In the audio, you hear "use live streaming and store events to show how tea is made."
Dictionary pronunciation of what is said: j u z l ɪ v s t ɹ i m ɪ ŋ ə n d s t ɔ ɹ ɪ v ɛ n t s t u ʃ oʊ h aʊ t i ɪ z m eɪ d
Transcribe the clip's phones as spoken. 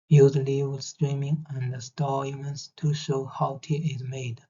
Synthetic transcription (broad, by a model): j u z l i w s t ɹ i m ɪ ŋ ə n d s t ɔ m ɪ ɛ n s t u ʃ oʊ h aʊ t i ɪ z m eɪ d